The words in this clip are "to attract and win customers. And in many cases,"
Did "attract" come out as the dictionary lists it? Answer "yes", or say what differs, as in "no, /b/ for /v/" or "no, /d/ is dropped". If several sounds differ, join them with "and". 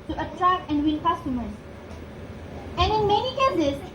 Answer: yes